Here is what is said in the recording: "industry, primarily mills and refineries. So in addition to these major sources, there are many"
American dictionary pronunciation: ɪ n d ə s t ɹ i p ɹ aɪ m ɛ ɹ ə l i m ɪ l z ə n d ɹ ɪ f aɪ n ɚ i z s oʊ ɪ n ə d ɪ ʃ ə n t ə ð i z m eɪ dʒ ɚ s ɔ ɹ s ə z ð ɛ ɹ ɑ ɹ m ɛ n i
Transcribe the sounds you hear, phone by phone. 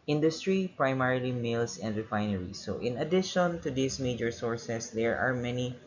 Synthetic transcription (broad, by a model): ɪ n d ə s t ɹ i p ɹ aɪ m ɛ ɹ ə l i m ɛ l s ə n d ɹ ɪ f aɪ n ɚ i s oʊ ɪ n ə d ɪ ʃ ə n t ə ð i s m eɪ dʒ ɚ s ɔ ɹ s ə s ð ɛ ɹ ɑ ɹ m ɛ n i